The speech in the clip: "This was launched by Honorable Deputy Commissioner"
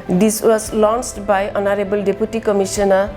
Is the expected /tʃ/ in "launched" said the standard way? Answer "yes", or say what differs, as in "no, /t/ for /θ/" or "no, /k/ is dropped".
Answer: no, /s/ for /tʃ/